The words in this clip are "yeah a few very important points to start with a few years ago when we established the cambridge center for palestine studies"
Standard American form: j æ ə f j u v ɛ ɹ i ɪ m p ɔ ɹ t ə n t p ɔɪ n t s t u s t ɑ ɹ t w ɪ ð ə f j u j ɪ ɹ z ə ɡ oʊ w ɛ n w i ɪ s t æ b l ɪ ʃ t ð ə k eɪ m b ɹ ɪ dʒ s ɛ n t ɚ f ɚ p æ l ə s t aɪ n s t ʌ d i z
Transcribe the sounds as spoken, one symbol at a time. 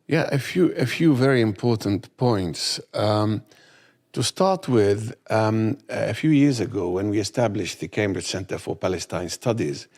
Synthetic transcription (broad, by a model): j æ ə f j u v ɛ ɹ i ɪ m p ɔ ɹ t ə n t p ɔɪ n t s t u s t ɑ ɹ t w ɪ ð ə f j u j ɪ ɹ z ə ɡ oʊ w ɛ n w i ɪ s t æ b l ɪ ʃ ð ə k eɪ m b ɹ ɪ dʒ s ɛ n t ɚ f ɚ p æ l ə s t aɪ n s t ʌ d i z